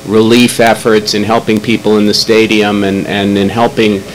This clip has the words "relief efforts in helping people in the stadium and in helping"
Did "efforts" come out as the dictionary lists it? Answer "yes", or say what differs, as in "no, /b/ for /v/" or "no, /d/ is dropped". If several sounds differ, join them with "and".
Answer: yes